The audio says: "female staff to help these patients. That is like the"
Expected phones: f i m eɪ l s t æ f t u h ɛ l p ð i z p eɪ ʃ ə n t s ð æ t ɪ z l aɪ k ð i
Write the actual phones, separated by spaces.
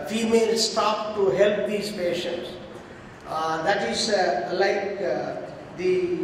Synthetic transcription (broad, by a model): f i m eɪ l s t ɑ p t u h ɛ l p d i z p eɪ ʃ ə n t s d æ t ɪ z l aɪ k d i